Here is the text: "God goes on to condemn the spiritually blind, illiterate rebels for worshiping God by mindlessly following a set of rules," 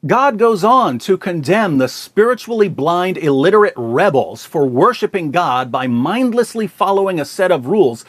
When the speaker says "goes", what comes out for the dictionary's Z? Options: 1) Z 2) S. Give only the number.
1